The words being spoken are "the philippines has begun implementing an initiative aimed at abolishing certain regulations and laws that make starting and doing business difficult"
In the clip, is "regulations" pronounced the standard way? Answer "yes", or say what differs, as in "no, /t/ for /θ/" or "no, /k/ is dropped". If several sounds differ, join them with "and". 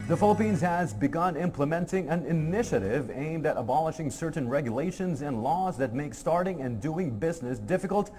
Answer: yes